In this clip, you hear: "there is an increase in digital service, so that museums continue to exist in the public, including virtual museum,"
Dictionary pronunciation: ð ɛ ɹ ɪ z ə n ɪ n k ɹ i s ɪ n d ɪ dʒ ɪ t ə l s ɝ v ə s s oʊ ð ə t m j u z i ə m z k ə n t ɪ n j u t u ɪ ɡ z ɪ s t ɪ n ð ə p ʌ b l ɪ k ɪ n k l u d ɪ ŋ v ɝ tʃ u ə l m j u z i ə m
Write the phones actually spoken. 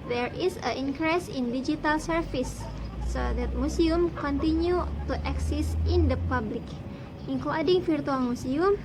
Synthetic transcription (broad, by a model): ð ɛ ɹ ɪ s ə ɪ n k ɹ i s ɪ n d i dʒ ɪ t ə l s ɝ f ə s s oʊ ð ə t m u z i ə m k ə n t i n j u t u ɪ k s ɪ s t ɪ n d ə p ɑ b l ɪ k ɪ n k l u d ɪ ŋ f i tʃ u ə l m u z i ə m